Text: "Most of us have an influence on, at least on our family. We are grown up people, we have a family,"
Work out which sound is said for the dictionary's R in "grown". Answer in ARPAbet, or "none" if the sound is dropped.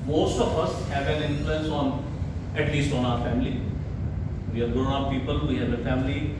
none